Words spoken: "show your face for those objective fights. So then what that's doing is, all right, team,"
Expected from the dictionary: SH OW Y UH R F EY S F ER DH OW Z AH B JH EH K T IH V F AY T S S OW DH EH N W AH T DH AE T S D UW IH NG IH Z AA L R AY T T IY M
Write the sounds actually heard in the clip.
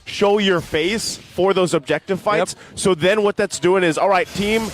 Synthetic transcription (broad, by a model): SH OW Y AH R F EY S F ER DH OW Z AH B JH EH K T IH V F AY T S S OW DH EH N W AH T DH AE T S D UW IH NG IH Z AA L R AY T T IY M